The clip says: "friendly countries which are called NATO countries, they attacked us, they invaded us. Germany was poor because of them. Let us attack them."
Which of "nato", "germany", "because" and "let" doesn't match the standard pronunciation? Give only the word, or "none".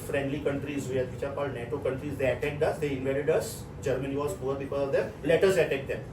because